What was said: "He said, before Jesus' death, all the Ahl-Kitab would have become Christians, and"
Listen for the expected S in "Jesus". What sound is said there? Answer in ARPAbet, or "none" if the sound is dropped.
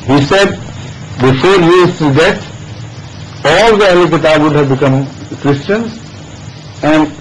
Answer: none